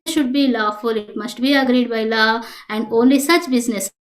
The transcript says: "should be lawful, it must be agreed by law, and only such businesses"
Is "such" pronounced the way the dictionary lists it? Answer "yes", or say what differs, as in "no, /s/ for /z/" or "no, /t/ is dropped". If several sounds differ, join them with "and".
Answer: yes